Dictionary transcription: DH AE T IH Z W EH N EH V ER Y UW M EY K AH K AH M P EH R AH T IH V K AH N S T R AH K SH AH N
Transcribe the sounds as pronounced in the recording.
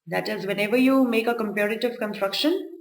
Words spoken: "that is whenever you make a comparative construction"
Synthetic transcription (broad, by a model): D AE T IH Z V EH N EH V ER Y UW M EY K AH K AH M P EH R AH T IH V K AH N S T R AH K SH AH N